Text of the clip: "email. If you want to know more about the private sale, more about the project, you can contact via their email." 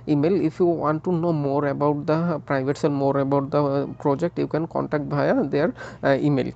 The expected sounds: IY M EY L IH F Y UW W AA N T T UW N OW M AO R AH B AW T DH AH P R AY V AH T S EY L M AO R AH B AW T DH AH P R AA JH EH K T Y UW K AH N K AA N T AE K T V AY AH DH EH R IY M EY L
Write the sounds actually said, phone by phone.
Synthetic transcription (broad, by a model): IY M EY L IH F Y UW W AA N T T UW N OW M AO R AH B AW T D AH P R AY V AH T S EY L M AO R AH B AW T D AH P R AA JH EH K T Y UW K AH N K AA N T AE K T B AY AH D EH R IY M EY L